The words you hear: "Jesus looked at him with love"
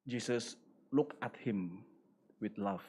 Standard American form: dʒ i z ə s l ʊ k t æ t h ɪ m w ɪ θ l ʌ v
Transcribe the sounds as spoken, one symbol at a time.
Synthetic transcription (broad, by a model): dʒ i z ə s l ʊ k æ t h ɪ m w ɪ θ l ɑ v